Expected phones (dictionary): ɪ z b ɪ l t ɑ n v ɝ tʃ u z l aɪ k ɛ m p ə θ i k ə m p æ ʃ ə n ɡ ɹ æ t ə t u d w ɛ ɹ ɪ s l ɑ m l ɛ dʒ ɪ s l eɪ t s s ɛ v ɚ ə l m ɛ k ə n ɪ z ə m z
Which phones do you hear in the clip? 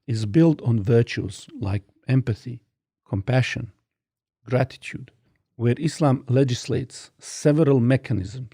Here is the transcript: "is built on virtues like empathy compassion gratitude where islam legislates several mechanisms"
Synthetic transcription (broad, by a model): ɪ z b ɪ l t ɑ n v ɝ tʃ u z l aɪ k ɛ m p ə θ i k ə m p æ ʃ ə n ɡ ɹ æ t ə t u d w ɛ ɹ ɪ s l ɑ m l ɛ dʒ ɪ s l eɪ t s s ɛ v ɚ ə l m ɛ k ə n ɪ z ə m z